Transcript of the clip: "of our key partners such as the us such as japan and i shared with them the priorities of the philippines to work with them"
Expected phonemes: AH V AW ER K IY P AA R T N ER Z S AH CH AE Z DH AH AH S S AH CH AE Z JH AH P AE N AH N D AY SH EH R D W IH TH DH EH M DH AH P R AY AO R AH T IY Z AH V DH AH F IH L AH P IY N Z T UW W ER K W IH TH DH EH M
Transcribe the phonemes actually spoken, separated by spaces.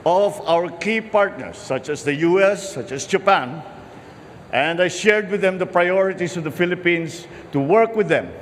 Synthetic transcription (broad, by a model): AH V AW ER K IY P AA R T N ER S AH CH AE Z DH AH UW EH S AH CH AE S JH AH P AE N AH N D AY SH EH R D W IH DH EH M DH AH P R AY AO R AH T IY S AH V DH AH F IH L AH P IY N S T UW W ER K W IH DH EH M